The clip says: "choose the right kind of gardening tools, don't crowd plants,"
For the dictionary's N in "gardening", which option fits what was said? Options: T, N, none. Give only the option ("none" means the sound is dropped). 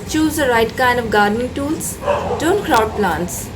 N